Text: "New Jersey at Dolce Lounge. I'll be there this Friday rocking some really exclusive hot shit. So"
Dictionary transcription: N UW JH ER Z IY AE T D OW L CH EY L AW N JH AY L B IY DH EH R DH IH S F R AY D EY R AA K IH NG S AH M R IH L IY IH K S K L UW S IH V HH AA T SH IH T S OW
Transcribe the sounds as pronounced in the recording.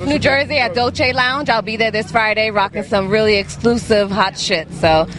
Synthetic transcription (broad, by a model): N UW JH ER Z IY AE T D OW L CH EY L AW N JH AY L B IY DH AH R DH IH S F R AY D EY R AA K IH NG S AH M R IH L IY IH K S K L UW S IH V HH AA T SH IH T S OW